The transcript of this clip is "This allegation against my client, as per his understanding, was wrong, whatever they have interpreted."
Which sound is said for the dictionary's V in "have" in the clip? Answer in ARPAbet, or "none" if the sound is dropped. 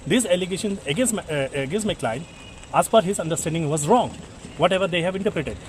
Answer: V